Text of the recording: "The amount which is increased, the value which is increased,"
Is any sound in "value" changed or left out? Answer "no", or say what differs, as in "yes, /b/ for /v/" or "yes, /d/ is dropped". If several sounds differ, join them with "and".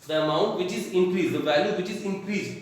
no